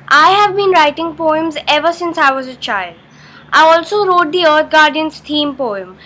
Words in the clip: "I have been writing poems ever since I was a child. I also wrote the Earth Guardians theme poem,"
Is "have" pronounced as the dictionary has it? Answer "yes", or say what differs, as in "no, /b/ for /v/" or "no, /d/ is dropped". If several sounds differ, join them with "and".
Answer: yes